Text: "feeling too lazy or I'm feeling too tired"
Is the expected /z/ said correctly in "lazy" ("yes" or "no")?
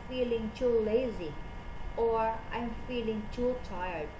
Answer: yes